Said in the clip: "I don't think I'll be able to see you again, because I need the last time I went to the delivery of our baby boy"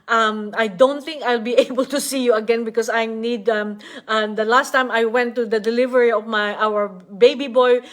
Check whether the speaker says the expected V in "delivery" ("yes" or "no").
yes